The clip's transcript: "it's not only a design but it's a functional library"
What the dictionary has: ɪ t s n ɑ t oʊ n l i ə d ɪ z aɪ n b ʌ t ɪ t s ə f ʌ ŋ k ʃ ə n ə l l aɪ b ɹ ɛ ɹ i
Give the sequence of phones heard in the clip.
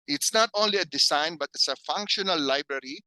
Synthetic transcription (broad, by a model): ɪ t s n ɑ t oʊ n l i ə d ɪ s aɪ n b ʌ t ɪ t s ə f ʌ ŋ k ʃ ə n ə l l aɪ b ɹ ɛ ɹ i